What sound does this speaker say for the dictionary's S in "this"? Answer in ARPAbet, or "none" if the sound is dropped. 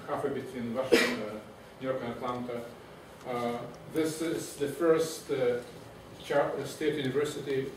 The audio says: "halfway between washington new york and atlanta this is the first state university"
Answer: S